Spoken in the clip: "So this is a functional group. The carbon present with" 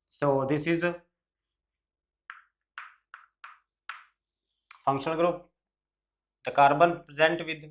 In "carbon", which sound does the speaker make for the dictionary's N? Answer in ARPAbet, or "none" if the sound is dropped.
N